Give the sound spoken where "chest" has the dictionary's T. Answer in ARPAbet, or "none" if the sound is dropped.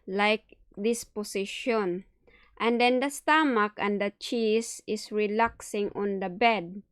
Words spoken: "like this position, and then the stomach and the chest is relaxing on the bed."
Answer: none